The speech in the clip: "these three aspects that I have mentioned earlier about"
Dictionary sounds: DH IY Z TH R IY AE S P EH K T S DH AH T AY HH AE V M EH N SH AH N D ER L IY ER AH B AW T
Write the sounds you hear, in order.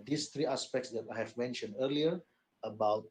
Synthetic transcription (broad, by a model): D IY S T R IY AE S P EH K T S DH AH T AY HH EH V M EH N SH AH N D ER L IY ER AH B AW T